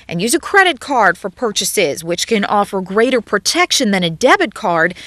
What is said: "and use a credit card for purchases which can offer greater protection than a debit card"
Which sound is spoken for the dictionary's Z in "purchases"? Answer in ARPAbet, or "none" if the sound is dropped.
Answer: Z